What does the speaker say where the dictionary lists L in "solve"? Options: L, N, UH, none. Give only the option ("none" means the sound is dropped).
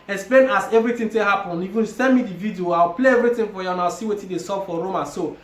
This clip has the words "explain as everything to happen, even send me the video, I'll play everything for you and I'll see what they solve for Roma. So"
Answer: none